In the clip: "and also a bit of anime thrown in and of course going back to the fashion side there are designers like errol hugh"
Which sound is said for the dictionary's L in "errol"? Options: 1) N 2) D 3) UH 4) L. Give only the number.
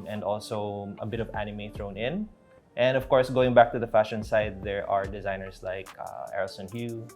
1